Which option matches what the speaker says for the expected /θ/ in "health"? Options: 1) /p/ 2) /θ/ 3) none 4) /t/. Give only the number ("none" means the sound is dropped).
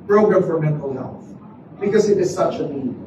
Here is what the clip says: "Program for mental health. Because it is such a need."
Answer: 2